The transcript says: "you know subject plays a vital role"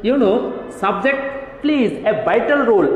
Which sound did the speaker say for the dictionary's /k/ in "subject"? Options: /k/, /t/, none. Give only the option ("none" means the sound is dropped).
/k/